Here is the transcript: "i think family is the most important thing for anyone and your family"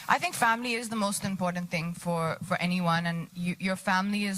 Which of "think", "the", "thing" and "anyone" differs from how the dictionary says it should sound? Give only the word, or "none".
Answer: none